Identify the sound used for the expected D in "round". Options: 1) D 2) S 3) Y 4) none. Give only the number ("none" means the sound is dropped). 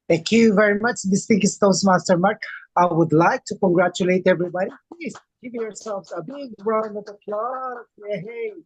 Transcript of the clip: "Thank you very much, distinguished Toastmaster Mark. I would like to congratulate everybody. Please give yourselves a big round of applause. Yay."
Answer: 4